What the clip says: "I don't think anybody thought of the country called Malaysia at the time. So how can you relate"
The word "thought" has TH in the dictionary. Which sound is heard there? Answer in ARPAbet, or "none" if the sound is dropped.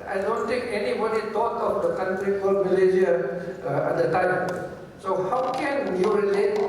T